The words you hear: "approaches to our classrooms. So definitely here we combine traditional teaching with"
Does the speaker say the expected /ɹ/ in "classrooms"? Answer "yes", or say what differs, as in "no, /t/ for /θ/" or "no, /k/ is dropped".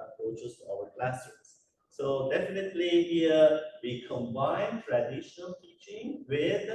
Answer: no, /ɹ/ is dropped